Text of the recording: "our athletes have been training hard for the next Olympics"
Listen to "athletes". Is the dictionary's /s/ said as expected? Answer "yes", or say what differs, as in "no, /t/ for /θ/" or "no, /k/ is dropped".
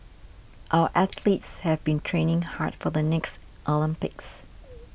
yes